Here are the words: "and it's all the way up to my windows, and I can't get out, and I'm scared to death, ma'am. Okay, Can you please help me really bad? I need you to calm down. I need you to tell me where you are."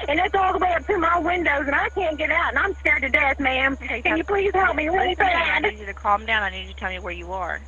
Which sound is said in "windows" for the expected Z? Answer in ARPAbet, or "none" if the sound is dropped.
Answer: Z